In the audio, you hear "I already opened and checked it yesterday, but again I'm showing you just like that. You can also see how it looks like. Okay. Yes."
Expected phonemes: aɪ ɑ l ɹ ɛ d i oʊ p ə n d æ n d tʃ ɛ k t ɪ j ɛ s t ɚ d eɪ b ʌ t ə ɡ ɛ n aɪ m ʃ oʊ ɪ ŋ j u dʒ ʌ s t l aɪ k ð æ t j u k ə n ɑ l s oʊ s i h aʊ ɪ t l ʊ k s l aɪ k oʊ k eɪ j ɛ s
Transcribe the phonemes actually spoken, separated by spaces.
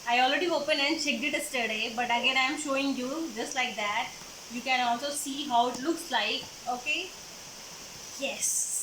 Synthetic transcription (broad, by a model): aɪ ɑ l ɹ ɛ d i oʊ p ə n æ n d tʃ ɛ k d ɪ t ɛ s t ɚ d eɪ b ʌ t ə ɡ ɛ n aɪ m ʃ oʊ ɪ ŋ j u dʒ ʌ s t l aɪ k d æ t j u k ə n ɑ l s oʊ s i h aʊ ɪ t l ʊ k s l aɪ k oʊ k eɪ j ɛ s